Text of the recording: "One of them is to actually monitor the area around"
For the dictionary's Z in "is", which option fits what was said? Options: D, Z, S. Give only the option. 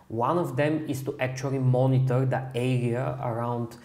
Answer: S